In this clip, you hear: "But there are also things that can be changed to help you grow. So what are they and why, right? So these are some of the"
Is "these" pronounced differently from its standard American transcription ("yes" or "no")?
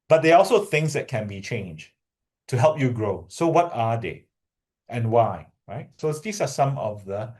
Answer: yes